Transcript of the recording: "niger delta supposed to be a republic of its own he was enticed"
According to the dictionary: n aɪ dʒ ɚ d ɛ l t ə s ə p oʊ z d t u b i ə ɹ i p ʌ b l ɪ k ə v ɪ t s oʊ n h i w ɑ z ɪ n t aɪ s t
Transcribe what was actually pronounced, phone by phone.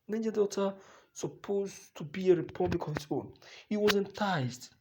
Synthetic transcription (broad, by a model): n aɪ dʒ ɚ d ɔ t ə s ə p oʊ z t u b i ə ɹ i p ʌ b l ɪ k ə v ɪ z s oʊ n h i w ɑ z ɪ n t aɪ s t